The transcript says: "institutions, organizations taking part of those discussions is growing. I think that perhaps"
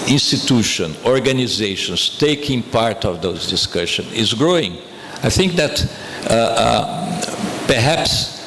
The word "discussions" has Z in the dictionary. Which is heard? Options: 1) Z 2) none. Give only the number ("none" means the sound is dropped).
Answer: 2